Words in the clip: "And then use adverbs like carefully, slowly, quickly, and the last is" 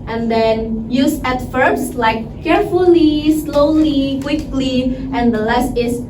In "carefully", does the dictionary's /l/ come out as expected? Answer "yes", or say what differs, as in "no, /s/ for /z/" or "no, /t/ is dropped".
yes